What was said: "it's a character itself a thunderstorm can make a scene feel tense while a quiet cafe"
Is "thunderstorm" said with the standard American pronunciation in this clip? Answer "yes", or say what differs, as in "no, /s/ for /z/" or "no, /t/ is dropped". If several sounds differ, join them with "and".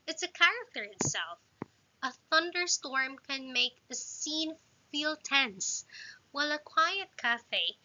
yes